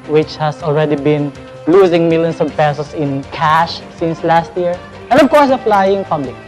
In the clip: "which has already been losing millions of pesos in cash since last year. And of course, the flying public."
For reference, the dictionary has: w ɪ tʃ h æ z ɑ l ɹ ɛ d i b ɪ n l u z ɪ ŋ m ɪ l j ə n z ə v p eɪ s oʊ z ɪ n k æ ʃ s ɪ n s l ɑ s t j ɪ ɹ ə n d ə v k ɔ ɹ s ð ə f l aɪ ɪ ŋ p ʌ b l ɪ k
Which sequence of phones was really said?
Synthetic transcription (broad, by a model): w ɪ tʃ h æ s ɑ l ɹ ɛ d i b ɪ n l u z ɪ ŋ m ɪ l j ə n s ə v p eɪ s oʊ s ɪ n k æ ʃ s ɪ n s l ɑ s t j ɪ ɹ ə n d ə v k ɔ ɹ s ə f l aɪ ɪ ŋ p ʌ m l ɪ